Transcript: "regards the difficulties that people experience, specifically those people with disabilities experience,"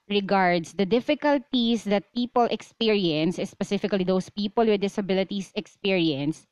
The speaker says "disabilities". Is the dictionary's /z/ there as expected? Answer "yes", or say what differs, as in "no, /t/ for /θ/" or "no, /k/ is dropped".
no, /s/ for /z/